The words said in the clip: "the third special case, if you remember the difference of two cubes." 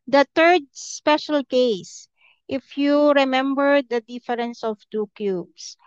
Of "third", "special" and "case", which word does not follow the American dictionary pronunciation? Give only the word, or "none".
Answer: third